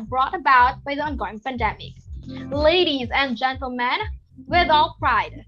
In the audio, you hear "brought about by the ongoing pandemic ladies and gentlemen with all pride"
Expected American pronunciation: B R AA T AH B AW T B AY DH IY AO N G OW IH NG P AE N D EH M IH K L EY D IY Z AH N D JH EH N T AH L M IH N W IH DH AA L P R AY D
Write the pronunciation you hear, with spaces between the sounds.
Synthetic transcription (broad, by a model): B R AA T AH B AW T B AY DH IY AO N G OW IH NG P AE N D EH M IH K L EY D IY Z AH N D JH EH N T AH L M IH N W IH DH AA L P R AY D